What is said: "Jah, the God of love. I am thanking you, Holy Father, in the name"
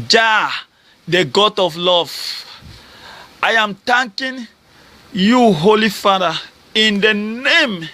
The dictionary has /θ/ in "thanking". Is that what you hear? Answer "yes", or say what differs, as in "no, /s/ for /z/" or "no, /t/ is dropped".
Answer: no, /t/ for /θ/